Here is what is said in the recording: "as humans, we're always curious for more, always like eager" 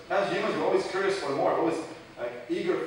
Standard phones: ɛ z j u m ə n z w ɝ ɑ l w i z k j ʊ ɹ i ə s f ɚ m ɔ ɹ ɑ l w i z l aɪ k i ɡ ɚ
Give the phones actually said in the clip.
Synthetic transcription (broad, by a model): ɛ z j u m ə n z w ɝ ɑ l w i z k j ʊ ɹ i ə s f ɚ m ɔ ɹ ɑ l w i z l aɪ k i ɡ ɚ